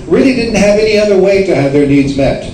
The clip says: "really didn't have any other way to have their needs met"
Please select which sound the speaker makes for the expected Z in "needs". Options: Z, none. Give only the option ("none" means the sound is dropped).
Z